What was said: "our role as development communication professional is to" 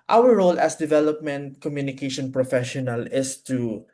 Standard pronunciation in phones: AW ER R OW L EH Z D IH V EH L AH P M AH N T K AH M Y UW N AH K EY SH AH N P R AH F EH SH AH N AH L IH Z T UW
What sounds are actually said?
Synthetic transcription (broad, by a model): AW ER R OW L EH S D IH V EH L AH P M AH N T K AH M Y UW N AH K EY SH AH N P R AH F EH SH AH N AH L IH S T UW